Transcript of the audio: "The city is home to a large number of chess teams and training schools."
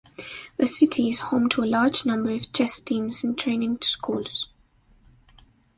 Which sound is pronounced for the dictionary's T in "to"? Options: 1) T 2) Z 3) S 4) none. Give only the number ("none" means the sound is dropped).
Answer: 1